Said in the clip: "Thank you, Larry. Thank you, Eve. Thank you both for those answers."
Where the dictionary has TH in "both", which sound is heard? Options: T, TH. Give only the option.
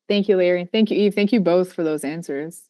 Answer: TH